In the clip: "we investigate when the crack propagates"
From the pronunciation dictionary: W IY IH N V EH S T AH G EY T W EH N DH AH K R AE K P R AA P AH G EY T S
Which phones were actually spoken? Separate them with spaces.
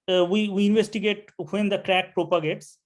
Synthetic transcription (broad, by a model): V IY IH N V EH S T AH G EY T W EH N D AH K R AE K P R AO P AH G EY T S